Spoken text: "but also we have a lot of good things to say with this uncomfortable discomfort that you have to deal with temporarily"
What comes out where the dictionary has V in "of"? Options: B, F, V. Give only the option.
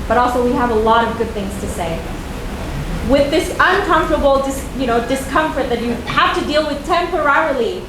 V